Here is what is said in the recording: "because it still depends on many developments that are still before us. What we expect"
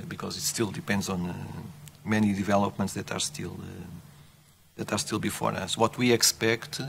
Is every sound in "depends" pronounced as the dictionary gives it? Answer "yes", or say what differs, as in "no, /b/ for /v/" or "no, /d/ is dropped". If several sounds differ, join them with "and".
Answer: yes